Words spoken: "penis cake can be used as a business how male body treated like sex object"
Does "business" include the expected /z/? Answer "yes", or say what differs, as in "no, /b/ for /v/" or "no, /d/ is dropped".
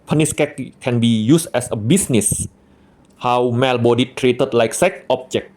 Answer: no, /s/ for /z/